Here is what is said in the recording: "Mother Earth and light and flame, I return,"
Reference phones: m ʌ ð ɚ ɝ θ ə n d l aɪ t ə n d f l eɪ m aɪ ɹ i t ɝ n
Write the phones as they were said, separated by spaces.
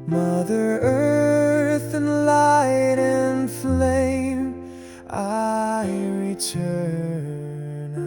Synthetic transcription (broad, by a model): m ʌ ð ɚ ɝ θ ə n l aɪ t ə n f l eɪ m aɪ ɹ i t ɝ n